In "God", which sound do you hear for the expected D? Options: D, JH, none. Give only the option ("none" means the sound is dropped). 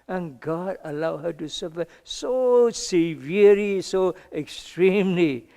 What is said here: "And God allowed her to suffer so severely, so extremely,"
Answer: D